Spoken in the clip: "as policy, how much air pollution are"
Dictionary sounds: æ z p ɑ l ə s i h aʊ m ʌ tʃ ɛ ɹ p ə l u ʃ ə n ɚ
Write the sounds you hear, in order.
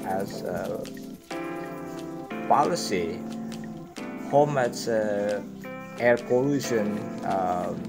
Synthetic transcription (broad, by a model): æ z p ɑ l ə s i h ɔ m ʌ s ɛ ɹ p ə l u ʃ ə n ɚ